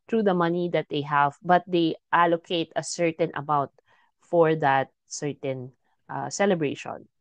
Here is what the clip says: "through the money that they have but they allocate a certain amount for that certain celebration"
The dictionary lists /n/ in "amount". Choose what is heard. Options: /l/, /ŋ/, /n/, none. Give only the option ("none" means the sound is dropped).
none